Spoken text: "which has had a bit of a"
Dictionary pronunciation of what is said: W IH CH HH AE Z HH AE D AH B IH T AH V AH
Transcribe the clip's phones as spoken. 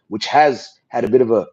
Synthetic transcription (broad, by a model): W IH CH HH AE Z HH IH D AH B IH T AH V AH